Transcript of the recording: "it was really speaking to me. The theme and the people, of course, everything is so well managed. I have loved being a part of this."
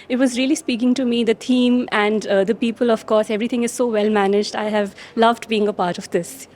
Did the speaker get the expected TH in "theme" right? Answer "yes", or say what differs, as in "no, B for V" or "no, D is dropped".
no, T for TH